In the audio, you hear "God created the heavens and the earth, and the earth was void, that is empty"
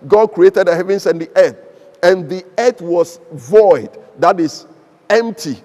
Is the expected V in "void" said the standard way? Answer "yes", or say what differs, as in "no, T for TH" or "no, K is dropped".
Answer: yes